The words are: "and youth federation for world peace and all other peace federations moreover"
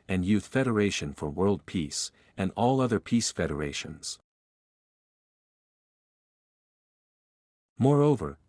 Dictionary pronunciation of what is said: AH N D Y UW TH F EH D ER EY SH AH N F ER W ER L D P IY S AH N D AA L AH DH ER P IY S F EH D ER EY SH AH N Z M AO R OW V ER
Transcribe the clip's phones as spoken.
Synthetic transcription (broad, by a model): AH N Y UW TH F EH D ER EY SH AH N F ER W ER L D P IY S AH N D AA L AH DH ER P IY S F EH D ER EY SH AH N Z M AO R OW V ER